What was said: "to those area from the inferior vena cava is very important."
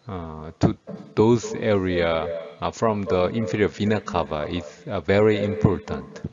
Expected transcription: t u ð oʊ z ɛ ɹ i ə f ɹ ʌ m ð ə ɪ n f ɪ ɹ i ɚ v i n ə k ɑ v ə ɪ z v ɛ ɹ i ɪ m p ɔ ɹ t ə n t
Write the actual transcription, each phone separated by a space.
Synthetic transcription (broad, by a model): t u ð oʊ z ɛ ɹ i ə f ɹ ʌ m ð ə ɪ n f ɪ ɹ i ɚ v i n ə k ɑ v ə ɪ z v ɛ ɹ i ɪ m p ɔ ɹ t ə n t